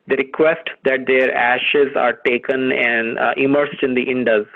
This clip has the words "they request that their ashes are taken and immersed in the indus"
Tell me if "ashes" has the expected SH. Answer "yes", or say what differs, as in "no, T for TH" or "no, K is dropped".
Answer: yes